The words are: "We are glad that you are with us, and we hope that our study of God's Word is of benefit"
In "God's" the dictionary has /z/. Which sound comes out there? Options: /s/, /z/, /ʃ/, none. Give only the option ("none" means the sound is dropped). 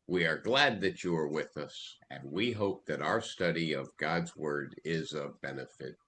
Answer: /z/